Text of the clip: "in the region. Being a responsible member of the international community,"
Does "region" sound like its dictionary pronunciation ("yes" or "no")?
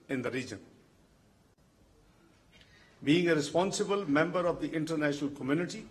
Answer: yes